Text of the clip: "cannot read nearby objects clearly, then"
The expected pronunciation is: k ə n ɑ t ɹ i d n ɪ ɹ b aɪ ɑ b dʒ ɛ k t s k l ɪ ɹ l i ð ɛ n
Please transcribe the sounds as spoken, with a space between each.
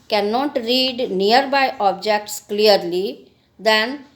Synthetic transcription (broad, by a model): k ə n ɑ t ɹ i d n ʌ ɹ b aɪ ɑ b dʒ ɛ k t s k l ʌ ɹ l i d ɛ n